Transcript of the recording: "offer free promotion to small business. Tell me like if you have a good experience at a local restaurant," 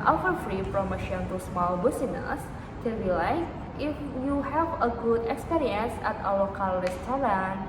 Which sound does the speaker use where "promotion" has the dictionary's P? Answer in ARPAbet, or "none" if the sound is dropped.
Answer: F